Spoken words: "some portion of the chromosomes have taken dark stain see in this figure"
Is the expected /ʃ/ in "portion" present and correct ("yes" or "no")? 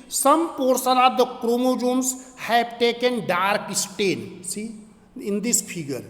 no